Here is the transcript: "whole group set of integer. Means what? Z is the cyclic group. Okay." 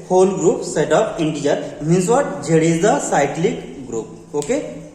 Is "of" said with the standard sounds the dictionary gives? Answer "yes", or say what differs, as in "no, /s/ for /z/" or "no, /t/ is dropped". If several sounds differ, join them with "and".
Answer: no, /p/ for /v/